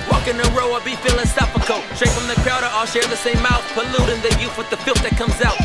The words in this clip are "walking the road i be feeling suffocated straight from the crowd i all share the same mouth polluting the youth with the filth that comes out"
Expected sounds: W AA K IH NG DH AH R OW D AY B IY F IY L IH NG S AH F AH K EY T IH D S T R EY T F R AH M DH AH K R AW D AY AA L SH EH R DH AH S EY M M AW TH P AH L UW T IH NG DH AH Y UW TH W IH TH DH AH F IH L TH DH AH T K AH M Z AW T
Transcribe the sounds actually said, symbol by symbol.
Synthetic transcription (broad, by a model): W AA K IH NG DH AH R OW AH B IY F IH L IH S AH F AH K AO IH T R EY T F R AH M DH AH K R AW D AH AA L SH EH R DH AH S EY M M AW TH P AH L UW T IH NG DH AH Y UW F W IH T DH AH F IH L T DH AH T K AH M Z AW T